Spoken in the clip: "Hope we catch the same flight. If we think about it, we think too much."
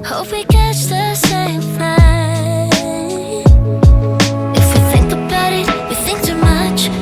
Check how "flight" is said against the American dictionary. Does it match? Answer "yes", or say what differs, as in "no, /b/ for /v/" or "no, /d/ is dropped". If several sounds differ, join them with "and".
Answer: no, /t/ is dropped